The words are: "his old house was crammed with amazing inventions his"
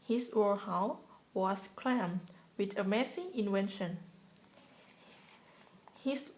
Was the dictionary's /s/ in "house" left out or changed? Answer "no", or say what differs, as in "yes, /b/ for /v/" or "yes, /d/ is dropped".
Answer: yes, /s/ is dropped